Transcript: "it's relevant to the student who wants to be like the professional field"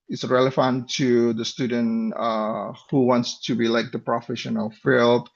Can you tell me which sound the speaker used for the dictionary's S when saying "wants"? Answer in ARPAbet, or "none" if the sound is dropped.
S